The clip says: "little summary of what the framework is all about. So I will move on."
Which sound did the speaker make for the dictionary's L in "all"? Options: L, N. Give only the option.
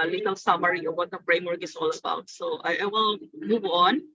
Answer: L